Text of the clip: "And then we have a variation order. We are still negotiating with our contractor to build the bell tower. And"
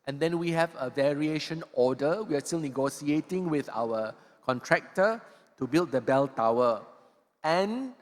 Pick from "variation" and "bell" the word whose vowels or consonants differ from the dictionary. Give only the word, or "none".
none